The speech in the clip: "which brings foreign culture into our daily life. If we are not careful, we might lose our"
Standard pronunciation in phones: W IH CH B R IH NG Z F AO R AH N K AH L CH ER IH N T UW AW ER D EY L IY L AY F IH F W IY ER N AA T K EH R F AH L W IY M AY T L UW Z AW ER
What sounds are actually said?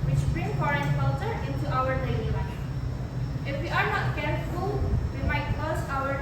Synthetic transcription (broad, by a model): W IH CH B R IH NG F AO R AH N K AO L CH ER IH N T UW AW ER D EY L IY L AY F IH F W IY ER N AA T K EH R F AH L W IY M AY T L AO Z AW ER